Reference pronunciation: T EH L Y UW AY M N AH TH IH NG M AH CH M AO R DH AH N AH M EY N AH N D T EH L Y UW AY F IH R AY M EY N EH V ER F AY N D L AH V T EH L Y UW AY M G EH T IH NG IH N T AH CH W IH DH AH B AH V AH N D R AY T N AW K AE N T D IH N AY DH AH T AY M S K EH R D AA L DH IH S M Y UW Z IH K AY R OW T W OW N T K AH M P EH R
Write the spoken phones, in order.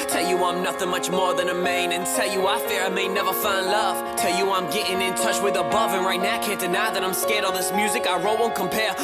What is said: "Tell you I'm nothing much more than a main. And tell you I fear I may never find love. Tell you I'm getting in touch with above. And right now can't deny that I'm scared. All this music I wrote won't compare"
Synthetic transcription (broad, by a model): T EH L Y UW AY M N AH TH IH NG M AH CH M AO R DH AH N AH M EY N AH N T EH L Y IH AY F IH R AY M EY N EH V ER F AY N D L AH V T EH L Y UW AY M G EH T IH NG IH N T AH CH W IH DH AH B AH V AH N R AY T N AW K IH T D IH N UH DH AH T AY M S K EH R D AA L DH IH S M Y UW Z IH K AY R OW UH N K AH M P EH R